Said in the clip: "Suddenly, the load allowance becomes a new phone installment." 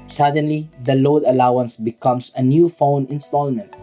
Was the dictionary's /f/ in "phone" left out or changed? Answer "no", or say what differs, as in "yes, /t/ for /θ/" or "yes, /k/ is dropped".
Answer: no